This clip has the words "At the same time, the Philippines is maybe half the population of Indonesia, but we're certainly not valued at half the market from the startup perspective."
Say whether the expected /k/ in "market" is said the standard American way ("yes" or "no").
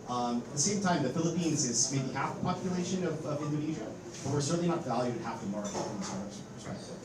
no